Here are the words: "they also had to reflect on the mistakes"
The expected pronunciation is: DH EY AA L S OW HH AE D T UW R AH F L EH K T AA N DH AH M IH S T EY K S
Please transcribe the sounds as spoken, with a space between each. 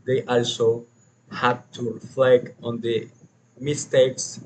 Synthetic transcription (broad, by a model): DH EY AA L S OW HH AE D T UW F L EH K AA N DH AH M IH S T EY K S